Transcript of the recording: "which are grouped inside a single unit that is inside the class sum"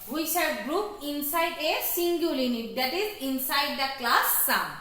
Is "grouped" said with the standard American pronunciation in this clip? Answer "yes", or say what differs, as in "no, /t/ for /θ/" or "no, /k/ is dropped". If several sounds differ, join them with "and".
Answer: no, /t/ is dropped